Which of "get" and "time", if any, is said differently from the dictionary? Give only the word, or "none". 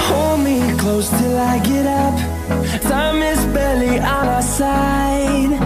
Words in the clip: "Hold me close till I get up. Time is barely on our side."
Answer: time